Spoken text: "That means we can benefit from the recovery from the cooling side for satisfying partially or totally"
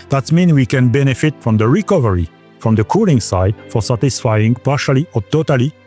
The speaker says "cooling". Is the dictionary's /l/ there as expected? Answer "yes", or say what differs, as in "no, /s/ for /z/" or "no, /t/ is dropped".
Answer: yes